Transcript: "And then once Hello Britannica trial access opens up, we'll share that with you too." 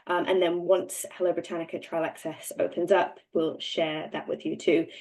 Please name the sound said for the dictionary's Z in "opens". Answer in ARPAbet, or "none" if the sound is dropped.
Z